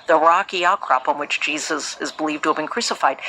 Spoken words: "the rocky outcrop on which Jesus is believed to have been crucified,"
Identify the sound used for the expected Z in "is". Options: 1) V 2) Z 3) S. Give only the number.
2